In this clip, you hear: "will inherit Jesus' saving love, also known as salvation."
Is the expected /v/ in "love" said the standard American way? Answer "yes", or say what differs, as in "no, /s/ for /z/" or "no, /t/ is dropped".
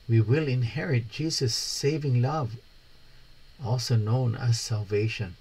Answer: yes